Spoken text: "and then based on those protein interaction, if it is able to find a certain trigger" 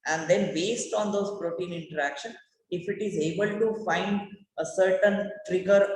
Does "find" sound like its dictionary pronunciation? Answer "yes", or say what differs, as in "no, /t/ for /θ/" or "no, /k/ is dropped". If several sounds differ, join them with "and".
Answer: yes